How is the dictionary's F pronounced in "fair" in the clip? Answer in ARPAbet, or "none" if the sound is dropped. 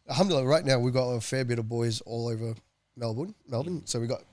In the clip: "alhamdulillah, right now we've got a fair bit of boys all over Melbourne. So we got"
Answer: F